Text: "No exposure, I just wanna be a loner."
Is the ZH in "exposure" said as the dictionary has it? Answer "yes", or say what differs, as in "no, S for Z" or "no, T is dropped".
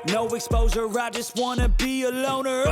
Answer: no, Z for ZH